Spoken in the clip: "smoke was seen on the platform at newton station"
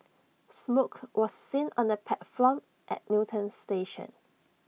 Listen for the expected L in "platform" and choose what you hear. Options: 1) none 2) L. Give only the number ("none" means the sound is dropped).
1